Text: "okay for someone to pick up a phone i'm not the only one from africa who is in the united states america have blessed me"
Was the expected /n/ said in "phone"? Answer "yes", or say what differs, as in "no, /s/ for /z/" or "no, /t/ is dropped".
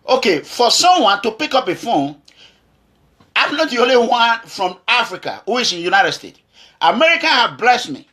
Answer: no, /n/ is dropped